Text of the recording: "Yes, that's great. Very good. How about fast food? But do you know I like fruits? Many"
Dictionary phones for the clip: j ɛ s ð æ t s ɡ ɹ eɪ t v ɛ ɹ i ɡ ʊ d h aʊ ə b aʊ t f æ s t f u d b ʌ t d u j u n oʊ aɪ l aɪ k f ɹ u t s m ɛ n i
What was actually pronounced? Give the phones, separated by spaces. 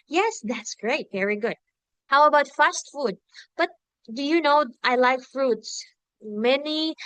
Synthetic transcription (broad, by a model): j ɛ s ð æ t s ɡ ɹ eɪ t v ɛ ɹ i ɡ ʊ d h aʊ ə b aʊ t f æ s t f u d b ʌ t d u j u n oʊ aɪ l aɪ k f ɹ u t s m ɛ n i